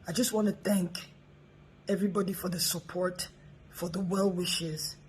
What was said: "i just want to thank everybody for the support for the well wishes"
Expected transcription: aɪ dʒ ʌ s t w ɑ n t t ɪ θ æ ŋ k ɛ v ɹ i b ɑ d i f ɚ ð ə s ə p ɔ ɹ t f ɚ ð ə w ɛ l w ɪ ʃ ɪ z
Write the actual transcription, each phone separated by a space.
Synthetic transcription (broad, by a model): aɪ dʒ ʌ s t w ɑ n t t ɪ θ æ ŋ k ɛ v ɹ i b ɑ d i f ɚ ð ə s ə p ɔ ɹ t f ɚ ð ə w ɛ l w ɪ ʃ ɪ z